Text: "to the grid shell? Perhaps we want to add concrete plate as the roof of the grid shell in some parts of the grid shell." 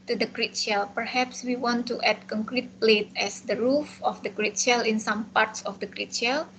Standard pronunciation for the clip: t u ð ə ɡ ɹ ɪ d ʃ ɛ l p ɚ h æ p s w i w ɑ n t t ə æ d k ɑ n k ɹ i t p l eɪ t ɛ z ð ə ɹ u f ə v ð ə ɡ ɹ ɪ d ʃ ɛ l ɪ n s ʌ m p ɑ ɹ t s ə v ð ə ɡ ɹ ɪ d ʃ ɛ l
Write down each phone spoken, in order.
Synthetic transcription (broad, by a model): t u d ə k ɹ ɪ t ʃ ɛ l p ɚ h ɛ p s w i w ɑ n t t ə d k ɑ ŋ k ɹ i t p l eɪ t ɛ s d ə ɹ u f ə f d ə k ɹ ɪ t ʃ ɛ l ɪ n s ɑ m p ɑ ɹ t s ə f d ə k ɹ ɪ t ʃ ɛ l